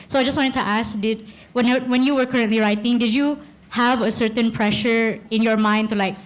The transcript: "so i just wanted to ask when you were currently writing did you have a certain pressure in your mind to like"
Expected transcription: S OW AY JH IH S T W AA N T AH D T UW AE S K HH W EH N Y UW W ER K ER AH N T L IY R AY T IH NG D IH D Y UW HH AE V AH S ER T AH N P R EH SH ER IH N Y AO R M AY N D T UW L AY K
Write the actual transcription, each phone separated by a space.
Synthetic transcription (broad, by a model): S OW AY JH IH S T W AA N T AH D T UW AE S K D W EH N Y UW W ER K ER AH N T L IY R AY T IH NG D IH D Y UW HH AE V AH S ER T AH N P R EH SH ER IH N Y AO R M AY N D T UW L AY K